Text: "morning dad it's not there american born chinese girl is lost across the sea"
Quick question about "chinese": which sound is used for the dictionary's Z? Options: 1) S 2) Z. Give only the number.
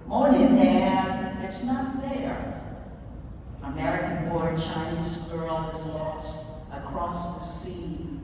2